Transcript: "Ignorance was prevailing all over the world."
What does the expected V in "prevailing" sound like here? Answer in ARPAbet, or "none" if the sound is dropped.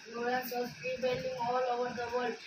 B